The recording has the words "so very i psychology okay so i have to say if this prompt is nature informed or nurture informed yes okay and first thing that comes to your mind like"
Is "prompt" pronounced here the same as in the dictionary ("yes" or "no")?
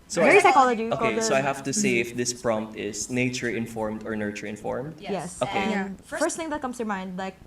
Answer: yes